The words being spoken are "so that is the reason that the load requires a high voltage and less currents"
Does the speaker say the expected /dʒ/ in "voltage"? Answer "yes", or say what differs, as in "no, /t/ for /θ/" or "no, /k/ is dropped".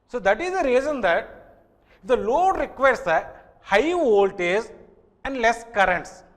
no, /z/ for /dʒ/